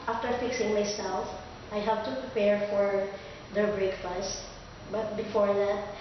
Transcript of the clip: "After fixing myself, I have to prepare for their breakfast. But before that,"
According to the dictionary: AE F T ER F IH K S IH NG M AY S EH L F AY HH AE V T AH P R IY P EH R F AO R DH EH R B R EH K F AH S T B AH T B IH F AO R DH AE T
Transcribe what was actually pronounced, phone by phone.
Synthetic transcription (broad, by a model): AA F T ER F IH K S IH NG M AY S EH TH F AY HH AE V T AH P R IY P EH R F AO R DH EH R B R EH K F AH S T B AH T B IH F AO R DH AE T